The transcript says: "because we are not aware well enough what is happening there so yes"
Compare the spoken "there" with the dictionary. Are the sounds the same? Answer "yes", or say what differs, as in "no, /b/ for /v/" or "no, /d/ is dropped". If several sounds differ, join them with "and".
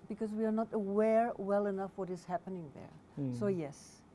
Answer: yes